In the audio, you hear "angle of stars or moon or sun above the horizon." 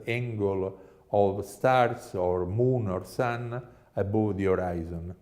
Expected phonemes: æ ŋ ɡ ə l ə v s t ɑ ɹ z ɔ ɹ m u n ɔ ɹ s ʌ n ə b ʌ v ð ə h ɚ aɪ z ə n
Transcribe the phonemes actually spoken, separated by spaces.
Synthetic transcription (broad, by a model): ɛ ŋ ɡ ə l ə v s t ɑ ɹ s ɔ ɹ m u n ɔ ɹ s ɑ n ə b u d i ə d aɪ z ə n